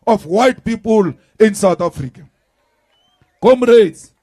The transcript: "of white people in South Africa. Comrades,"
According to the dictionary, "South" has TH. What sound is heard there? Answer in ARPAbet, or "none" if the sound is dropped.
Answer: T